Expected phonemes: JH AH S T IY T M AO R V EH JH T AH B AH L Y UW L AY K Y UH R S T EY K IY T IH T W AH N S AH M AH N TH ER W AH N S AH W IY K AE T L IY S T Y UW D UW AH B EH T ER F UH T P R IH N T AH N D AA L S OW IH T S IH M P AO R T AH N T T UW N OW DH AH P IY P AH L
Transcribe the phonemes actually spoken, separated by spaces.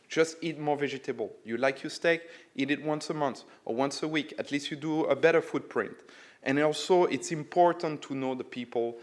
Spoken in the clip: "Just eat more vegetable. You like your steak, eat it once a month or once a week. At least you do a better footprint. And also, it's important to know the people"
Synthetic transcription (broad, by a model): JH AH S T IY T M AO R V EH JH T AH B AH L Y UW L AY K Y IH S T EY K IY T IH T W AH N S AH M AH N TH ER W AH N S AH W IY K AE T L IY S T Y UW D UW AH B EH T ER F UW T P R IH N T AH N AA L S OW IH T S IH M P AO R T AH N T T UW N OW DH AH P IY P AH L